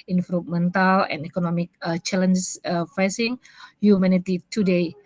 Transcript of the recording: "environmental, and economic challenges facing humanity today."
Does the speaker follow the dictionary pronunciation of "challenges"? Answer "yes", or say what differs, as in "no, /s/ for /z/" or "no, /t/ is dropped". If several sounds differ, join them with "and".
no, /z/ is dropped